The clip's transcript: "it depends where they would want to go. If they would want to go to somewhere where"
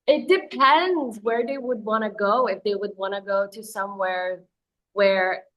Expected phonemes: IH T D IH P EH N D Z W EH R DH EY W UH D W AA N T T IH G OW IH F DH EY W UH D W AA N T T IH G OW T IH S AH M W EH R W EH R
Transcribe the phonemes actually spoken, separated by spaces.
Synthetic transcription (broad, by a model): IH T D IH P EH N D Z W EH R DH EY W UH D W AA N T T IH G OW IH F DH EY W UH D W AA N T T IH G OW T IH S AH M W EH R W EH R